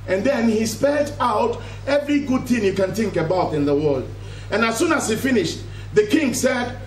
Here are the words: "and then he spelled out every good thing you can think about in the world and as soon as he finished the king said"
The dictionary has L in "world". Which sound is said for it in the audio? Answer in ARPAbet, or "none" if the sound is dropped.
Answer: L